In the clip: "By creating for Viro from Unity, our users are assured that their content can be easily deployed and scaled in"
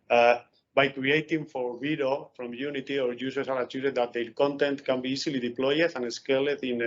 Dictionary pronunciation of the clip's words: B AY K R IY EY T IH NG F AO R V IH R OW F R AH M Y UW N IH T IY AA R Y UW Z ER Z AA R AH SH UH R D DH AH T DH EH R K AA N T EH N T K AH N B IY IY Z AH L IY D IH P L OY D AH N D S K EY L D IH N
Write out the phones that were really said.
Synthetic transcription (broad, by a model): B AY K R IY EY T IH NG F AO R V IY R OW F R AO M Y UW N IH T IY AA R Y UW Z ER S AA R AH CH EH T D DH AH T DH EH L K AA N T EH N T K AH N B IY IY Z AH L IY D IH P L OY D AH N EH S K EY L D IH N